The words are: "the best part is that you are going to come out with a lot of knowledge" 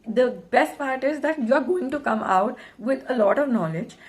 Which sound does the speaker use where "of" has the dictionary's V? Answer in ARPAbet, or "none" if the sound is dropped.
V